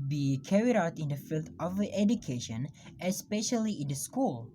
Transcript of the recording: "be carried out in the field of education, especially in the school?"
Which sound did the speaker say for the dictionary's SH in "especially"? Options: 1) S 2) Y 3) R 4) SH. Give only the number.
4